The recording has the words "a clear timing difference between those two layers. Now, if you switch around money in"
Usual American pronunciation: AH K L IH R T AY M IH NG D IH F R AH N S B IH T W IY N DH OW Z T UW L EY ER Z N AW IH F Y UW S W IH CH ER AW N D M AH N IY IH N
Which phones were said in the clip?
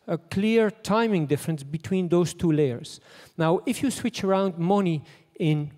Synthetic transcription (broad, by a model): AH K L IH R T AY M IH NG D IH F R AH N S B IH T W IY N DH OW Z T UW L EY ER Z N AW IH F Y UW S W IH CH ER AW N D M AH N IY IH N